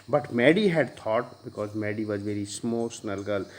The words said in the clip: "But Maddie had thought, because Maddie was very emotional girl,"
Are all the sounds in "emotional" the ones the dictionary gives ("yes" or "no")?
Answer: no